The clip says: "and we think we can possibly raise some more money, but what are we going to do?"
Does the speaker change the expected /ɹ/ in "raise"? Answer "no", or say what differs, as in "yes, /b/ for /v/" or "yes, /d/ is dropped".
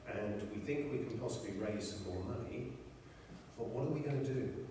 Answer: no